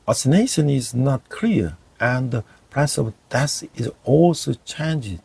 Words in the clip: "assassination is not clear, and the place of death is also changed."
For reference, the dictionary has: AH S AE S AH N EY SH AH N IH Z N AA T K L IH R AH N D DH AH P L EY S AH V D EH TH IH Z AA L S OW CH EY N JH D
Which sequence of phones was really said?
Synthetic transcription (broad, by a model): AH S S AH N EY SH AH N IH Z N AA T K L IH R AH N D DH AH P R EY S AH V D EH S IH Z AA L S OW CH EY N JH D